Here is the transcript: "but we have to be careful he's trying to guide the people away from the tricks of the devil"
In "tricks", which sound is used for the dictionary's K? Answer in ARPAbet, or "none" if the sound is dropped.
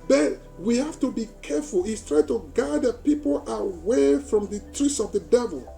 none